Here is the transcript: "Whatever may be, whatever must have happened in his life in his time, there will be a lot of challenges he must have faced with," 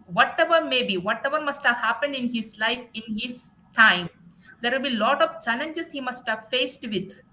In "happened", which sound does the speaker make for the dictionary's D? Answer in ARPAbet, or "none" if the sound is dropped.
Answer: D